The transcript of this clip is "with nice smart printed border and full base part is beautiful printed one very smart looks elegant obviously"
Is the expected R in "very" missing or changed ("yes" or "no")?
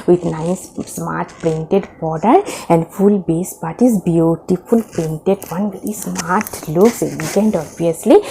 yes